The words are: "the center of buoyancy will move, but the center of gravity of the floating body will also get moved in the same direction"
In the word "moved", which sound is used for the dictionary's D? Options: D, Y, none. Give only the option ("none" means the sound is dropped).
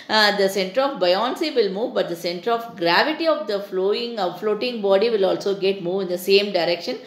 none